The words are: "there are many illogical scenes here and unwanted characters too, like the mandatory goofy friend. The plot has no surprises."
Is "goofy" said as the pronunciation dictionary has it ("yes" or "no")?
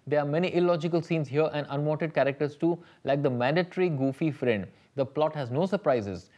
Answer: yes